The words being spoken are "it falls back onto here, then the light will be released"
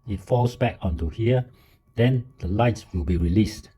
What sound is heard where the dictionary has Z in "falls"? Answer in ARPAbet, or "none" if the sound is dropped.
S